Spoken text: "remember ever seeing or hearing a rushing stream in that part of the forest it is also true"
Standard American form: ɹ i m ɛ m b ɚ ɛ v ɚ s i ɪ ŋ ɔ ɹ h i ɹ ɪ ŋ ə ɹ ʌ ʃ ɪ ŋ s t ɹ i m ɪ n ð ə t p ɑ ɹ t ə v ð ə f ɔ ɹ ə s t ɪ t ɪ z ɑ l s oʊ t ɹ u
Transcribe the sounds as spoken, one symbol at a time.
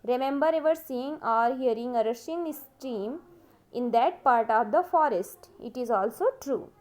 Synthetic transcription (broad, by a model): ɹ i m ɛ m b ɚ ɛ v ɚ s i ɪ ŋ ɔ ɹ h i ɹ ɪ ŋ ə ɹ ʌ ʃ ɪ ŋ s t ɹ i m ɪ n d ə t p ɑ ɹ t ə v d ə f ɔ ɹ ə s t ɪ t ɪ z ɑ l s oʊ t ɹ u